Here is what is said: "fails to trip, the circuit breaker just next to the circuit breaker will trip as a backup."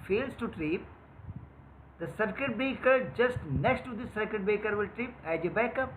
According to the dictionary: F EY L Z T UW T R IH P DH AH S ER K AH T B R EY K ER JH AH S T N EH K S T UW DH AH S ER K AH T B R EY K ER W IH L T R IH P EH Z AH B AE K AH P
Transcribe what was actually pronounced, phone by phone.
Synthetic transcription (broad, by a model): F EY L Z T UW T R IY P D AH S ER K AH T B EY K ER JH AH S T N EH K S T UW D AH S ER K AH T B EY K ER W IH L T R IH P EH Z AH B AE K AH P